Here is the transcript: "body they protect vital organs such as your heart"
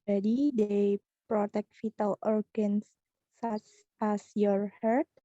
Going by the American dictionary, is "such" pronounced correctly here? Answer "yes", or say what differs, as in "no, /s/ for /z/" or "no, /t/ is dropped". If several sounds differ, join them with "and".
no, /s/ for /tʃ/